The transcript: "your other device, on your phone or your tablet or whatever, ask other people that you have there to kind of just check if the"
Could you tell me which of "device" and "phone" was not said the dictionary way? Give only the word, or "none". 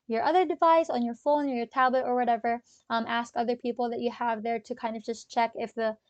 none